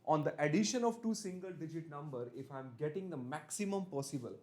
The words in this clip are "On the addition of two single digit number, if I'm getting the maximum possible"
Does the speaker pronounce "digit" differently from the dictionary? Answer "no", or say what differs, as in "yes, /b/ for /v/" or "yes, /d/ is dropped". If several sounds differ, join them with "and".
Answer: no